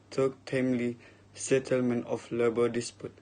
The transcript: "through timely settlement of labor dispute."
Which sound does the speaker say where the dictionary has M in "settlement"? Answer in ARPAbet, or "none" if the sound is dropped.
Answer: M